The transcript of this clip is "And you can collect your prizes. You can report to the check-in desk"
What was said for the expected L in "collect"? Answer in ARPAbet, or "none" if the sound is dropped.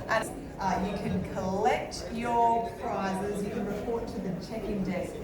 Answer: L